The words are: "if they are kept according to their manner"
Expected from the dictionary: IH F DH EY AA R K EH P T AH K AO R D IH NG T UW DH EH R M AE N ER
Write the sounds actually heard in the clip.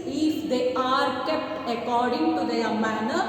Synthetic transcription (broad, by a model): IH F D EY AA R K EH P T AH K AO R D IH NG T UW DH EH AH M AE N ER